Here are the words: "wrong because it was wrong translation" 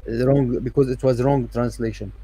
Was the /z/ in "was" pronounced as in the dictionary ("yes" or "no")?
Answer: yes